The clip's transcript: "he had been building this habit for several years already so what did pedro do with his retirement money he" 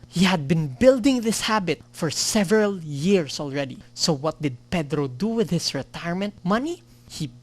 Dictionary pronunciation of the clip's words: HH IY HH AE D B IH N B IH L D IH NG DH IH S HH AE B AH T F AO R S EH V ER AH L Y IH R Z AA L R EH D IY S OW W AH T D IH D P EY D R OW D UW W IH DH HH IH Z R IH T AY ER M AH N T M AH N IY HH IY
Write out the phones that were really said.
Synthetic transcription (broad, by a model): HH IY HH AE D B IH N B IH L D IH NG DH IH S HH AE B AH T F AO R S EH V ER AH L Y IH R S AA L R EH D IY S OW W AH T D IH D P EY D R OW D UW W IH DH HH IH S R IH T AY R M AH N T M AH N IY HH IY